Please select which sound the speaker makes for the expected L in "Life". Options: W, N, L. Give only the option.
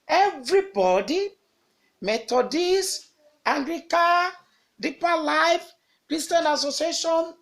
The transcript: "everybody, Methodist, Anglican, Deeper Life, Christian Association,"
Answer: L